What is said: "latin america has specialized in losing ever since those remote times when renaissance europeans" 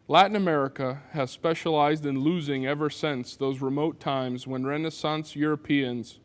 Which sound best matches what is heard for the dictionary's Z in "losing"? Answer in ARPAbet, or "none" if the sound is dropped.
Z